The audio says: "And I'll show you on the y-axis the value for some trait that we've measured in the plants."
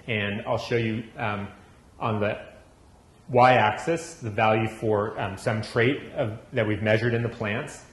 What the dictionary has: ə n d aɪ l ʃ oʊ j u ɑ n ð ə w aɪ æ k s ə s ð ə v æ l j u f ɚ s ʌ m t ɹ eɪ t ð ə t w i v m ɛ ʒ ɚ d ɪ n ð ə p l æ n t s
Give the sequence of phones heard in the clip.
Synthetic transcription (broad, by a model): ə n aɪ l ʃ oʊ j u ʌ n ð ə w aɪ æ k s ə s ð ə v æ l j u f ɚ s ʌ m t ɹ eɪ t ð ə t w i v m ɛ ʒ ɚ d ɪ n ð ə p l æ n t s